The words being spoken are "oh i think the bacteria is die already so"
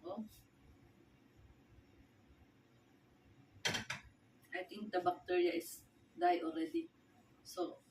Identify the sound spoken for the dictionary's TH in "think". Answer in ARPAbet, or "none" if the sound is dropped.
T